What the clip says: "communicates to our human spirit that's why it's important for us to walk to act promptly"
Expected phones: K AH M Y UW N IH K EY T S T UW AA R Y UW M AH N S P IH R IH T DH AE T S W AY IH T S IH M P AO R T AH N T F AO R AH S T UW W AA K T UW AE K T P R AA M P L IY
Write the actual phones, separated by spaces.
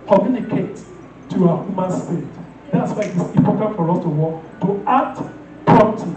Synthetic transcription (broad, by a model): K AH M Y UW N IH K EY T T UW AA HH Y UW M AH N S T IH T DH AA T S W AY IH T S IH P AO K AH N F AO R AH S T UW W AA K T UW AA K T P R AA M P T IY